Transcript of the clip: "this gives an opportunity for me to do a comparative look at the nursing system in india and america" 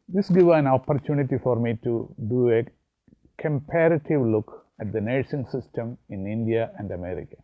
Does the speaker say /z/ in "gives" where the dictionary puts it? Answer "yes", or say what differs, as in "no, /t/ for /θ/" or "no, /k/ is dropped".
no, /z/ is dropped